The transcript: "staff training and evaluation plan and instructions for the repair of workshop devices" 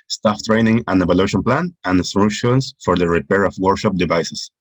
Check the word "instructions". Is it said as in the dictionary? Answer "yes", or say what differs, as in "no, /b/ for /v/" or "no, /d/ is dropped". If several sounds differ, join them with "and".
no, /k/ is dropped and /s/ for /z/